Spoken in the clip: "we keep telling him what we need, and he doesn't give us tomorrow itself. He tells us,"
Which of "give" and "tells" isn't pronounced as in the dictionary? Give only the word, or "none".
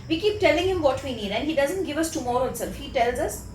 none